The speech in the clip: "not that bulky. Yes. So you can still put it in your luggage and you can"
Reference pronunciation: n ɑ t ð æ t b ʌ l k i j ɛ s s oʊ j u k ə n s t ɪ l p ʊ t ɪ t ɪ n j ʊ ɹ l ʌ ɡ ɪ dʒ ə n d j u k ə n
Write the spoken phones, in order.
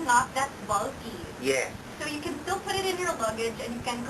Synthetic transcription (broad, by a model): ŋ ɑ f ð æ t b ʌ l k i j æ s s oʊ j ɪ k ə n s t ɪ l p ʊ t ɪ t ɪ n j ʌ ɹ l ʌ ɡ ɪ dʒ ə n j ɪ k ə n